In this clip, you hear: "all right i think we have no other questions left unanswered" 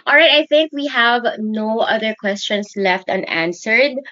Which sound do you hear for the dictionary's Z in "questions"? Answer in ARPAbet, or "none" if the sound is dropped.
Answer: S